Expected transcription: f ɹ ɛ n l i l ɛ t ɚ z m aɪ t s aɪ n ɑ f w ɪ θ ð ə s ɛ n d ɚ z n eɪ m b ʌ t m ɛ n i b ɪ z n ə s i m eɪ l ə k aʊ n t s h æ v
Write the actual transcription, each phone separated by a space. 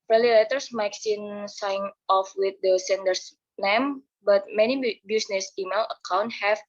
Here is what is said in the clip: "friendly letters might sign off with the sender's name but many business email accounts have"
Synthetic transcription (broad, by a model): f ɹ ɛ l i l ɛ t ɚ s m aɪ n s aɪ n ɑ f w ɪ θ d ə s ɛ n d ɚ s n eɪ m b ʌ t m ɛ n i b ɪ s n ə s i m eɪ l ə k aʊ n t h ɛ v